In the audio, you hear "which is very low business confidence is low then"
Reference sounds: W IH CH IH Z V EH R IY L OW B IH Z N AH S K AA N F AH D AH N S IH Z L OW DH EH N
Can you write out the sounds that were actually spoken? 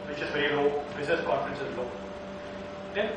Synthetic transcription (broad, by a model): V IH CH IH Z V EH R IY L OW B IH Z AH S K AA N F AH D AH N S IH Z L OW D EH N